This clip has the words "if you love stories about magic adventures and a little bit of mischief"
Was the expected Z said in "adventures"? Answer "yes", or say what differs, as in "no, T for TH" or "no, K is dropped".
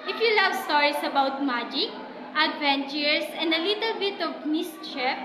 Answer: no, S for Z